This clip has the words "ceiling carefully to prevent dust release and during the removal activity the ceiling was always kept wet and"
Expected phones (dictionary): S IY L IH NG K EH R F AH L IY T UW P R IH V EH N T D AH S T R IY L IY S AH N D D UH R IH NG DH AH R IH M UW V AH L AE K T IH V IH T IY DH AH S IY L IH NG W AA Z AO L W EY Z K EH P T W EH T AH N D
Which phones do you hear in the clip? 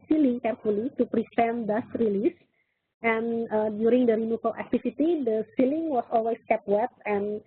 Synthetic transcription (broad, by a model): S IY L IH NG K EH R F AH L IY T UW P R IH F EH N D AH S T R IY L IY S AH N D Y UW R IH NG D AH R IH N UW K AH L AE K T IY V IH T IY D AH S IY L IH NG W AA S AO L W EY S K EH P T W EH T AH N